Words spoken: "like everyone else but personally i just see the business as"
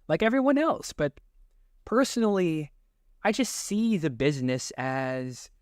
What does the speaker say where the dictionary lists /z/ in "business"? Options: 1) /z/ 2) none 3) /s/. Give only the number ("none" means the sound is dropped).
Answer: 1